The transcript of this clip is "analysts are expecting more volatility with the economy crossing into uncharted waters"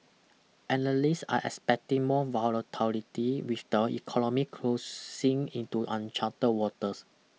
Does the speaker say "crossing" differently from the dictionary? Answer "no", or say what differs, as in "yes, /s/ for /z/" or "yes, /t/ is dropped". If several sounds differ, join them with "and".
yes, /l/ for /ɹ/